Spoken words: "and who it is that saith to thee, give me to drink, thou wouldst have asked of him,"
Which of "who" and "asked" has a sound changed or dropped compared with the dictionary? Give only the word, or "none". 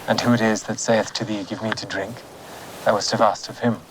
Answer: none